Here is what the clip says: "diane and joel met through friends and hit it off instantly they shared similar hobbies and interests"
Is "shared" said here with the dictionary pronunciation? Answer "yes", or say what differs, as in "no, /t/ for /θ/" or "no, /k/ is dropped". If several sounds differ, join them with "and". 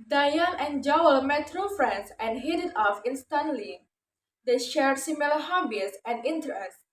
yes